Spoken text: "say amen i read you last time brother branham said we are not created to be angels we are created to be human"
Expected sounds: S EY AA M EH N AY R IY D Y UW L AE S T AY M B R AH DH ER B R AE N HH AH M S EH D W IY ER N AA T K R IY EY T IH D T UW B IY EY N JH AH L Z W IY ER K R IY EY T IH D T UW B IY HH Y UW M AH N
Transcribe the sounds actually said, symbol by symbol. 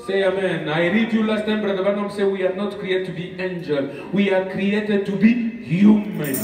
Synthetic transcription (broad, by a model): S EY AA M EH N AY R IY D Y UW L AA S T AY M B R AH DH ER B AA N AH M S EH W IY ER N AA T K R IY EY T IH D T UW B IY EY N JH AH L W IY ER K R IY EY T IH D T UW B IY HH Y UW M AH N